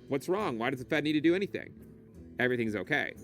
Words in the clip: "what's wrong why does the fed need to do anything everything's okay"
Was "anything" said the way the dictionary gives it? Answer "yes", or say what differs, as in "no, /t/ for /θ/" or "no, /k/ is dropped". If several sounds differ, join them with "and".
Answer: yes